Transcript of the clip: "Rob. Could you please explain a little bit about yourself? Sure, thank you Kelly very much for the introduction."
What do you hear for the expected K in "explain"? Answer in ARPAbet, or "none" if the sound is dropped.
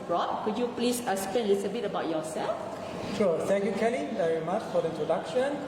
none